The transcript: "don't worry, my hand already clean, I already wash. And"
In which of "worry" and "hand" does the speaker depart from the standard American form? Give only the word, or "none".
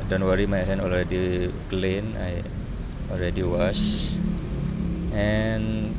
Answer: hand